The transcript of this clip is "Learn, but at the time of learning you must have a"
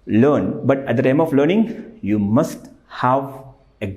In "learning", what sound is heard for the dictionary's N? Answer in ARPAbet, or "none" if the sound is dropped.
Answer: N